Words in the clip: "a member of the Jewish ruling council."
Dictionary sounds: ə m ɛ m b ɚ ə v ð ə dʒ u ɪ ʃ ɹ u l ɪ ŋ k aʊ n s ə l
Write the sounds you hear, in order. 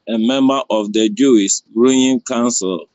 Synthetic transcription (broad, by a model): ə m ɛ m b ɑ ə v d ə dʒ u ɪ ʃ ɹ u ɪ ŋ k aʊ n s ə l